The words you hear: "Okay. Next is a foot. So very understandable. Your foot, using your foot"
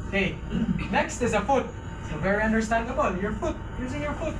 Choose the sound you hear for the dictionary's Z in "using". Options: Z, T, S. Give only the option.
Z